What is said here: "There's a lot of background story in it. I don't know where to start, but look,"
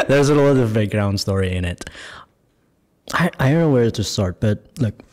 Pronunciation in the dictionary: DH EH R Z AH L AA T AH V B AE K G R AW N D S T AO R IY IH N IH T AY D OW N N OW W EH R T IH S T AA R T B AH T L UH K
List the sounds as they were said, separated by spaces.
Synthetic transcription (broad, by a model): DH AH R Z AH L AA T AH V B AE G R AW N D S T AO R IY IH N IH T AY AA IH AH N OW W EH R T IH S T AA R T B AH T L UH K